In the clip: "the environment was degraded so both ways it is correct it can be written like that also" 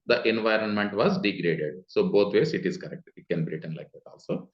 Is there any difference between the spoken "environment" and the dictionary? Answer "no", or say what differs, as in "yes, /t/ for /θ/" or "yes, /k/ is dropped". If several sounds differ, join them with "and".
no